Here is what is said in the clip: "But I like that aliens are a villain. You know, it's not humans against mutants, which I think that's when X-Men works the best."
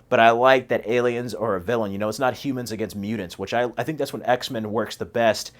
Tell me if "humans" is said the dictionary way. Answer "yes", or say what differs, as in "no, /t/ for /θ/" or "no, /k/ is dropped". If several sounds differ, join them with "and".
yes